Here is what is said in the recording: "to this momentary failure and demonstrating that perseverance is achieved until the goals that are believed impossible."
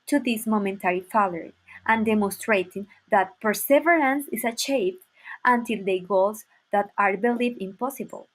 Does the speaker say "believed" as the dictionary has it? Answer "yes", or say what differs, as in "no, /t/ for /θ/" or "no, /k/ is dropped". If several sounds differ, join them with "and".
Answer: no, /d/ is dropped